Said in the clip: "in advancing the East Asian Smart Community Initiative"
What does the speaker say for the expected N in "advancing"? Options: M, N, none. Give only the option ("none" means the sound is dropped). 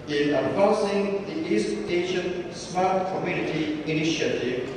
none